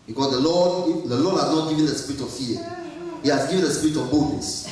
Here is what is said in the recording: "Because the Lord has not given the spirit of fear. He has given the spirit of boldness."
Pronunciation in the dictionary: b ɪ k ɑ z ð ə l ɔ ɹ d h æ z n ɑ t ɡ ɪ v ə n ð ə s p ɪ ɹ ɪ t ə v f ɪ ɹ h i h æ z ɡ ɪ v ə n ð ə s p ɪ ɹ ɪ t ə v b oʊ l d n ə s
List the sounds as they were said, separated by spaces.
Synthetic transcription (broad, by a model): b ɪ k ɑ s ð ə l ɔ l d h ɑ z n ɑ t ɡ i v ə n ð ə s p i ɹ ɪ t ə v f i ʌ h i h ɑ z ɡ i v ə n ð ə s p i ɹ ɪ t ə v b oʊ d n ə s